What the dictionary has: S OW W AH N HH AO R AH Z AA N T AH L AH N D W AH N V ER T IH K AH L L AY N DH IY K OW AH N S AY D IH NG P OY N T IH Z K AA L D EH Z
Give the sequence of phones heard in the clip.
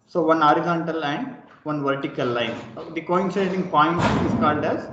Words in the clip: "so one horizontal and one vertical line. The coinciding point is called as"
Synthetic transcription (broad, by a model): S OW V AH N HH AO R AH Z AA N T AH L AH N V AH N V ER T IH K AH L L AY N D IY K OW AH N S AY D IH NG P OY N T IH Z K AA L D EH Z